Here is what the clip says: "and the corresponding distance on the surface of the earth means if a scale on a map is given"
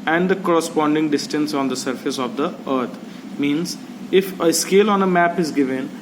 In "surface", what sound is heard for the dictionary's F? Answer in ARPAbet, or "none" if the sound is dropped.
F